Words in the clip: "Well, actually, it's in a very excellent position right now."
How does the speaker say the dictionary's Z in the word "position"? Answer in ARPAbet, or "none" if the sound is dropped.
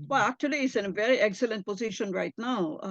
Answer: Z